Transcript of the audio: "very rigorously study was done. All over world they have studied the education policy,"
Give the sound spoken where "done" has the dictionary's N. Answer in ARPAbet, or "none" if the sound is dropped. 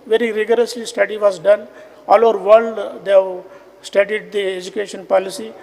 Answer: N